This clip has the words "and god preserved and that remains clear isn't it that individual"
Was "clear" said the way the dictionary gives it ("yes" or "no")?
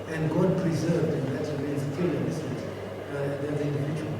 no